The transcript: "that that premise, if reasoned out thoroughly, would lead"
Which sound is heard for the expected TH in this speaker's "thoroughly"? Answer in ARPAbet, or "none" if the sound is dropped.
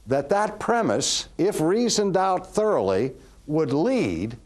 TH